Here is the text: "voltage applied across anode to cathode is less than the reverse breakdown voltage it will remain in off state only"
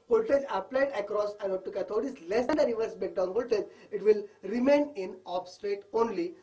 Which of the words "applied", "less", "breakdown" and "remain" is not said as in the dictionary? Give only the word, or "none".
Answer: breakdown